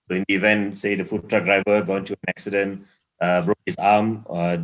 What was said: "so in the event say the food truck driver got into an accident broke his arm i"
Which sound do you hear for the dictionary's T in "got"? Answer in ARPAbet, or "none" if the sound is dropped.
none